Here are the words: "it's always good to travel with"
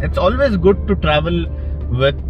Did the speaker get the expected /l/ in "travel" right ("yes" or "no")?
yes